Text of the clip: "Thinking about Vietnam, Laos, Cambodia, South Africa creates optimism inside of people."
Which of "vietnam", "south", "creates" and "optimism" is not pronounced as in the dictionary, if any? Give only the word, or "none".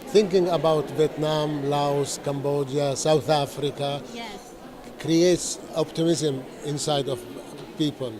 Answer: none